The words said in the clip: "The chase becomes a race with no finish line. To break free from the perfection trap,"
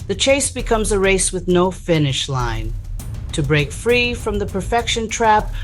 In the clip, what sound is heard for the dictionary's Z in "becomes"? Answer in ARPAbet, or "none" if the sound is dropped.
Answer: Z